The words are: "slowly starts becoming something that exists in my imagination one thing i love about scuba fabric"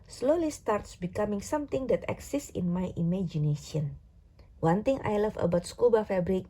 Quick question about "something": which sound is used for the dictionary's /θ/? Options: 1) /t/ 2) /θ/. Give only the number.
1